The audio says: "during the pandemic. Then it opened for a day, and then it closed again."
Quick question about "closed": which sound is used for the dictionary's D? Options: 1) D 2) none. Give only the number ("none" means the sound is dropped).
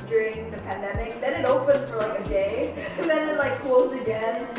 2